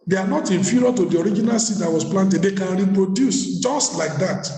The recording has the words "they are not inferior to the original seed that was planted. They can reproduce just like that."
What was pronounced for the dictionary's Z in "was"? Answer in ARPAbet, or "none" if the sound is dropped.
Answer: S